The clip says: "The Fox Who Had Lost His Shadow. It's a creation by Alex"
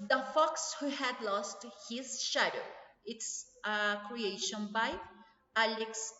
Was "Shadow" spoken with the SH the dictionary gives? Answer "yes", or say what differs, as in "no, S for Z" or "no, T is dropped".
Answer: yes